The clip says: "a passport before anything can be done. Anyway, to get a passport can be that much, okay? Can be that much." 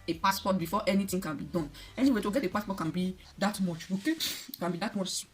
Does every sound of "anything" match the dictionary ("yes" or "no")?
no